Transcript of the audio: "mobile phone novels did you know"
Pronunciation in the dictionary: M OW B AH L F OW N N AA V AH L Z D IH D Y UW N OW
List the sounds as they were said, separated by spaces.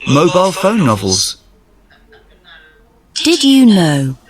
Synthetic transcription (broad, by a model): M OW B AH L F OW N N AA V AH L Z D IH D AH N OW